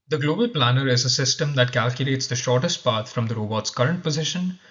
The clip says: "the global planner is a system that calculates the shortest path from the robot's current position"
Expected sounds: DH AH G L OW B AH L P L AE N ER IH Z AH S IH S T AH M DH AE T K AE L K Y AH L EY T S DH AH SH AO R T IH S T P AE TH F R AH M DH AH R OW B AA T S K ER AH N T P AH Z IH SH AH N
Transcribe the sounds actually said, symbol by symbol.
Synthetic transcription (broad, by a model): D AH G L OW B AH L P L AE N ER IH Z AH S IH S T AH M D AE T K AE L K Y AH L EY T S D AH SH AO R T IH S T P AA T F R AH M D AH R OW B AA T S K ER AH N T P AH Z IH SH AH N